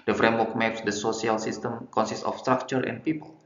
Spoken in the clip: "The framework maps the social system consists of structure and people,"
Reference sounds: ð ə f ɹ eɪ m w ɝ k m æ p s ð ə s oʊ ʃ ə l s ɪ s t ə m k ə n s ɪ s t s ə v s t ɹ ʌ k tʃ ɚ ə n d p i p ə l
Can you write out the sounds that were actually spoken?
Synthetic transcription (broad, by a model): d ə f ɹ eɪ m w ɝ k m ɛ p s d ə s oʊ s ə l s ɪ s t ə m k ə n s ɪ s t ə f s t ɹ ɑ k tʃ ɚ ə n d p i p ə l